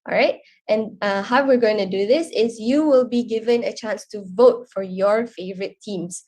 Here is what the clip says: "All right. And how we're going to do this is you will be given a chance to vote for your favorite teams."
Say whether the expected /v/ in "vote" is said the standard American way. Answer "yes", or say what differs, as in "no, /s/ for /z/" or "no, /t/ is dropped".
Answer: yes